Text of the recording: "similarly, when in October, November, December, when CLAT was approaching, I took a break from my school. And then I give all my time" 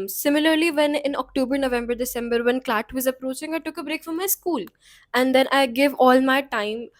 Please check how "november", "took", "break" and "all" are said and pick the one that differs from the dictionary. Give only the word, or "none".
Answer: none